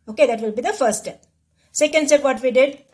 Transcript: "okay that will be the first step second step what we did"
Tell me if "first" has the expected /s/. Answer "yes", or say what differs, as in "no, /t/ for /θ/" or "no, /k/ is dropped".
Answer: no, /s/ is dropped